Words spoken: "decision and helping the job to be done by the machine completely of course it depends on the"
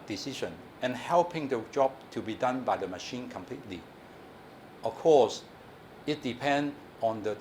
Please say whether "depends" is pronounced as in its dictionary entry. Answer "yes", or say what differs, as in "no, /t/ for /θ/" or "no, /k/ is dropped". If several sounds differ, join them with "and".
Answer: no, /z/ is dropped